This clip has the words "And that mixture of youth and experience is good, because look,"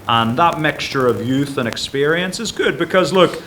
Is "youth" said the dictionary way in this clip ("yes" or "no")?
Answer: yes